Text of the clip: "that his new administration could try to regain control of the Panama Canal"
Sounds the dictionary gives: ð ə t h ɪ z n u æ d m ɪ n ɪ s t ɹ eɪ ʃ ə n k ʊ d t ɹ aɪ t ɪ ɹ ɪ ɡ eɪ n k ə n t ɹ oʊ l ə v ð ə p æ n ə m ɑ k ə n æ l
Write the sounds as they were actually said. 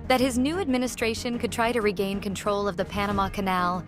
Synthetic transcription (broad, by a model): ð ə t h ɪ z n u æ d m ɪ n ɪ s t ɹ eɪ ʃ ə n k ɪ d t ɹ aɪ t ɪ ɹ ɪ ɡ eɪ n k ə n t ɹ oʊ l ə v ð ə p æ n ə m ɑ k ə n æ l